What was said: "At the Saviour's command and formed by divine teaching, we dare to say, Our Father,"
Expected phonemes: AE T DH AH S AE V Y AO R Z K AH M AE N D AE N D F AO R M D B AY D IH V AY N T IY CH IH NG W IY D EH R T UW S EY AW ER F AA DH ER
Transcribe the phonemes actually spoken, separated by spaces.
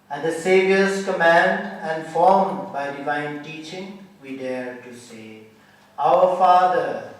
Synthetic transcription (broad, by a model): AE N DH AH S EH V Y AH R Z K AH M AE N D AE N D F AO R M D B AY D IH V AY N T IY CH IH NG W IY D EH R T UW S EY AW ER F AA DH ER